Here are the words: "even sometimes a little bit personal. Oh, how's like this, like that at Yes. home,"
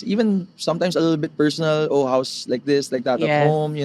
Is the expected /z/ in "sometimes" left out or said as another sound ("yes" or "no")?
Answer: yes